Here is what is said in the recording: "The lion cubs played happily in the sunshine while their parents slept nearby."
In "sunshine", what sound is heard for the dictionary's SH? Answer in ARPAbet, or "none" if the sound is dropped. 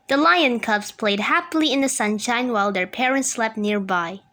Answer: SH